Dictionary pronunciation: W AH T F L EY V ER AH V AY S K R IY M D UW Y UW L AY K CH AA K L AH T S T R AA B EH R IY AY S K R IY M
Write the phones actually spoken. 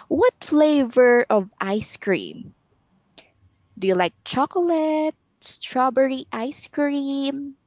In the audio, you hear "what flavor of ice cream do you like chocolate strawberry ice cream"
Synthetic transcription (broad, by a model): W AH T F L EY V ER AH V AY S K R IY M D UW Y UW L AY K CH AA K L AH T S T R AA B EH R IY AY S K R IY M